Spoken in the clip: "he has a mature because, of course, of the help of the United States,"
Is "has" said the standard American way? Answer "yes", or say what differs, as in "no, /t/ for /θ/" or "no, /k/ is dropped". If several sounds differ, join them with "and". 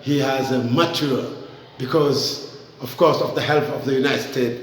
yes